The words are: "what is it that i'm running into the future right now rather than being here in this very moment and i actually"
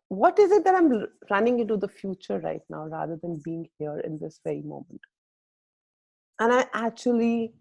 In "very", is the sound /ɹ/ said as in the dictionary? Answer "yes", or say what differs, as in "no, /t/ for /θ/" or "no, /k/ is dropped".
yes